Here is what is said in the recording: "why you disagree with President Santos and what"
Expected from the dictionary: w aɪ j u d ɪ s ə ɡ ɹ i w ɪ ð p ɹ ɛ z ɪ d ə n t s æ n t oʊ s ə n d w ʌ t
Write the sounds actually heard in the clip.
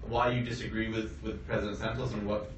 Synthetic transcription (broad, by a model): w aɪ j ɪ d ɪ s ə ɡ ɹ i w ɪ ð p ɹ ɛ z ɪ d ə n t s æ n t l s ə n w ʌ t